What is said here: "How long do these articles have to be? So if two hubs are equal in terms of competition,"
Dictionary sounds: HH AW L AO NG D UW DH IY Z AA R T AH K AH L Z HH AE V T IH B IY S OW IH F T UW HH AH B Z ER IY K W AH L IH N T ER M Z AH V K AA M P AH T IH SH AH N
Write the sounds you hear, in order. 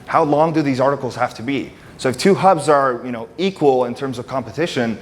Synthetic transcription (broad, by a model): HH AW L AO NG D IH DH IY Z AA R T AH K L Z HH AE F T IH B IY S OW IH F T UW HH AH B Z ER IY K W AH L IH N T ER M Z AH V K AA M P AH T IH SH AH N